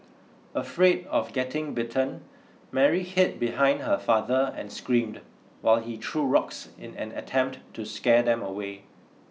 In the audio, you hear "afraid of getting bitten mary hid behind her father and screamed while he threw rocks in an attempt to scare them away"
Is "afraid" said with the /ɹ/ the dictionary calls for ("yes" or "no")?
yes